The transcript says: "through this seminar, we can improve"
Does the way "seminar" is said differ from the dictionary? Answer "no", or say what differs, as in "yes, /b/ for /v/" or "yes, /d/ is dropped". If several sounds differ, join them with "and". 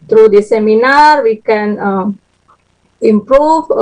no